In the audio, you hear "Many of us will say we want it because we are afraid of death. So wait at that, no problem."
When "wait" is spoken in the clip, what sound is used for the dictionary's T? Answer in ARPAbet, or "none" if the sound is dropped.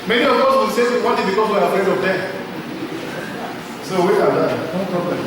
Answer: none